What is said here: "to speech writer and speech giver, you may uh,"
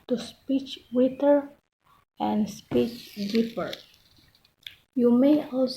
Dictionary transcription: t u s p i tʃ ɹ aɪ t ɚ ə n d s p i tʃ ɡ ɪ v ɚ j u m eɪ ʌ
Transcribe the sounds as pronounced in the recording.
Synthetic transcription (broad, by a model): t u s p i tʃ w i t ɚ ə n d s p i tʃ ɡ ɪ p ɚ j u m eɪ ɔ